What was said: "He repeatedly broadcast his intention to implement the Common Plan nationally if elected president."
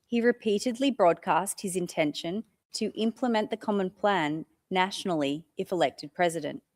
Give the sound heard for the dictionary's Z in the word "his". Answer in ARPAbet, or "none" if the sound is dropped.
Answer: Z